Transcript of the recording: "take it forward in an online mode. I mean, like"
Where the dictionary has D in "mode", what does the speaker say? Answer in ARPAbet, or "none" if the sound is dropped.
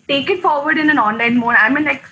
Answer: none